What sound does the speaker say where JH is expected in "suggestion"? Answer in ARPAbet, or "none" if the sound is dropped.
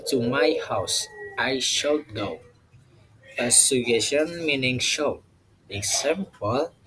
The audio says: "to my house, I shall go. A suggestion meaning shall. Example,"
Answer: none